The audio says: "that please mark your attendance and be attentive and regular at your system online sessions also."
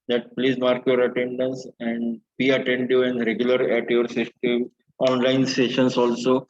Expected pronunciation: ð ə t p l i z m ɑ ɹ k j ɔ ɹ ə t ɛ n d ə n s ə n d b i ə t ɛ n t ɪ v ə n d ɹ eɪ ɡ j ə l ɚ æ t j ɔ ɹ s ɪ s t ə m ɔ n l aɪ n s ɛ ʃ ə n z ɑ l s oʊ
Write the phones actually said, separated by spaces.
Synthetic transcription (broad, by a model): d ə t p l i z m ɑ ɹ k j ɔ ɹ ə t ɛ n d ə n s ə n d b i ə t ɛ n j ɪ ə n d ɹ eɪ ɡ j ə l ɚ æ t j ɔ ɹ s ɪ s t ə m ɔ n l aɪ n s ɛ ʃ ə n s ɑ l s oʊ